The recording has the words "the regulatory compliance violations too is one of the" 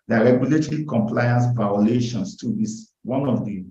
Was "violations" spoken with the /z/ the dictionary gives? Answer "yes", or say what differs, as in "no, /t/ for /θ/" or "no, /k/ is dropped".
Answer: no, /s/ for /z/